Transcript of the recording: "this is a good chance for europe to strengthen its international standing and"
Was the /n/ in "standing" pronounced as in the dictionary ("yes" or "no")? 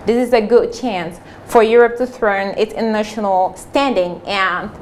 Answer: yes